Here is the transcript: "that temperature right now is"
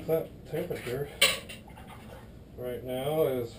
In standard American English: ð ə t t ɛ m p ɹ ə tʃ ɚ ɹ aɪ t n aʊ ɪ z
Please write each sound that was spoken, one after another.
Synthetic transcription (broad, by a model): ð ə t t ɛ p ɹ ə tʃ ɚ ɹ aɪ t n aʊ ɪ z